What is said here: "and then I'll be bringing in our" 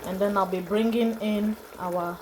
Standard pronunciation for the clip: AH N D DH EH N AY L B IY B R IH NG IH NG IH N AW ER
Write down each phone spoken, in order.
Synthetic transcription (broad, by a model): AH N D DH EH N AY L B IY B R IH NG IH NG IH N AW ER